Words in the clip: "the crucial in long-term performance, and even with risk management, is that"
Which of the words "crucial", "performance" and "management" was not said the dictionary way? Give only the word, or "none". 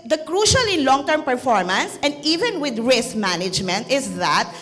none